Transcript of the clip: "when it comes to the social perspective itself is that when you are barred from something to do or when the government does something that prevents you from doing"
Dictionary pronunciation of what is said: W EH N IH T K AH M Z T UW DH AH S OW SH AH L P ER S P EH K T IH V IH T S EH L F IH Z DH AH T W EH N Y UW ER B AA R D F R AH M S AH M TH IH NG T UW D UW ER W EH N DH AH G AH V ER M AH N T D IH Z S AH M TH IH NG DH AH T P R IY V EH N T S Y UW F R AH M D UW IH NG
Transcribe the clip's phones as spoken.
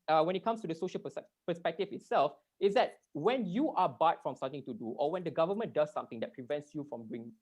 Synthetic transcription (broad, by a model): W EH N IH T K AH M S T UW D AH S OW SH AH L P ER S P EH K T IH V IH T S EH L F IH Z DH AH T W EH N Y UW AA B AA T F R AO M S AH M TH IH NG T UW D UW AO W EH N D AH G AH V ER M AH N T D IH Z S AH M T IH NG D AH T P R IY V EH N T S Y UW F R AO M D UW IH NG